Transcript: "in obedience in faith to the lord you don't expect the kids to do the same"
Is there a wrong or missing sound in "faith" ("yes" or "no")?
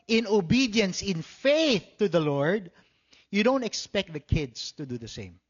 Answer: no